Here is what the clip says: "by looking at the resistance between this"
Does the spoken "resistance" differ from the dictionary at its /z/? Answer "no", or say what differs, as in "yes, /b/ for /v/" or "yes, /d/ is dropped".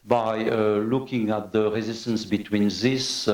no